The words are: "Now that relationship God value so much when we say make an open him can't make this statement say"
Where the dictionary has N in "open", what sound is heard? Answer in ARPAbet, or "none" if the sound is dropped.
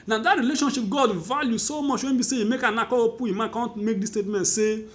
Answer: none